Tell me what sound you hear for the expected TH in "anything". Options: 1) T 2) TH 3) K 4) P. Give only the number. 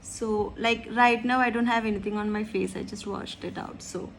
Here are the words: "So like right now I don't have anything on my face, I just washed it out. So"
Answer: 1